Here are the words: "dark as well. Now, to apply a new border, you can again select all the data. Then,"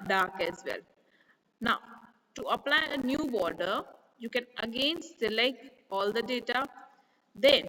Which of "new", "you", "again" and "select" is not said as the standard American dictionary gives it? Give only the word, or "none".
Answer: select